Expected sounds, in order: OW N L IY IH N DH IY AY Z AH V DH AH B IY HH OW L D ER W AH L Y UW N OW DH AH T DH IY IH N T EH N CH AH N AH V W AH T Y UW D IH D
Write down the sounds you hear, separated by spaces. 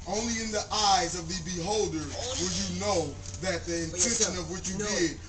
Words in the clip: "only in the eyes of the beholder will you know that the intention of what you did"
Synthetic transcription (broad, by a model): OW N L IY IH N DH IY AY Z AH V DH AH B IY HH OW L D ER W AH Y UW N OW DH AH T DH IY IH N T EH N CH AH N AH V W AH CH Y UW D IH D